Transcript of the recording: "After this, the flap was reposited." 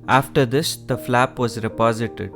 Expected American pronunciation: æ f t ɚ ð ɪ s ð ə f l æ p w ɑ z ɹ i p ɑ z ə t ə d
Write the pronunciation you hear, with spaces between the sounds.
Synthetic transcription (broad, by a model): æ f t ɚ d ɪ s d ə f l æ p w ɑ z ɹ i p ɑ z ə t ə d